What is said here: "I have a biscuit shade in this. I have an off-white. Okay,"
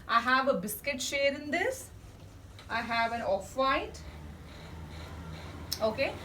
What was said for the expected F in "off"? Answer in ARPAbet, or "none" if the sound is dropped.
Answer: F